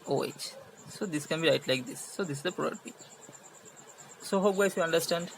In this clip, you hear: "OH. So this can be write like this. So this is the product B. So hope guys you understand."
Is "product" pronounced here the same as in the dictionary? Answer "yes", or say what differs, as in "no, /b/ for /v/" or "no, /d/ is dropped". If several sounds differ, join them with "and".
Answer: no, /k/ is dropped